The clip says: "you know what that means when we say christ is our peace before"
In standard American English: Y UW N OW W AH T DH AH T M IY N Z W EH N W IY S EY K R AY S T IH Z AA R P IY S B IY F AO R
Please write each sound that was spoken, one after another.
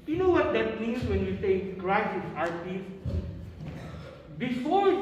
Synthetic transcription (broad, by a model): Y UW N OW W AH T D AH T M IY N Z W EH N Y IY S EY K R AY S IH S AA R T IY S B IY F AO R